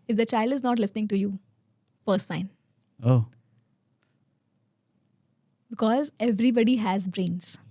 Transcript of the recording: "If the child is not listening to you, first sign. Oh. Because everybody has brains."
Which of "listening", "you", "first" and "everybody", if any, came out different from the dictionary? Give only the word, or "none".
first